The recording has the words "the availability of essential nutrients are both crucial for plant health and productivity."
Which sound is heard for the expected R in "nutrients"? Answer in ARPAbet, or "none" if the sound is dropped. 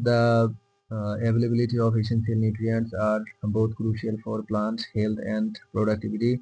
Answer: R